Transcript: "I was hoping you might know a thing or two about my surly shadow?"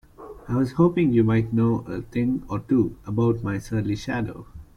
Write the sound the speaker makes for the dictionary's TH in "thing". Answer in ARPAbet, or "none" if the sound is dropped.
T